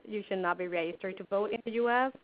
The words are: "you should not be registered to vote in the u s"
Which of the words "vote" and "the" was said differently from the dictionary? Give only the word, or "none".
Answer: none